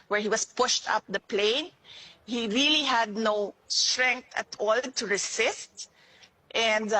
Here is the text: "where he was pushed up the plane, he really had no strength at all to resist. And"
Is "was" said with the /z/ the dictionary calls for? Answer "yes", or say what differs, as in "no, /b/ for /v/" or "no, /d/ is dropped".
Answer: no, /s/ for /z/